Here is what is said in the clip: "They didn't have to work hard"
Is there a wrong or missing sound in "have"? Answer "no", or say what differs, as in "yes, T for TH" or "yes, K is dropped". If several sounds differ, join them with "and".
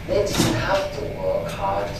yes, F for V